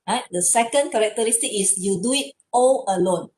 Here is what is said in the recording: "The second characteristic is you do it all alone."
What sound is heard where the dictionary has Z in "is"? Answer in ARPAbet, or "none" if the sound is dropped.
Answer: S